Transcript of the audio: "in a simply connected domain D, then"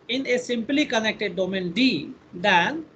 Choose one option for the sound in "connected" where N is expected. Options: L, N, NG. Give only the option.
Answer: N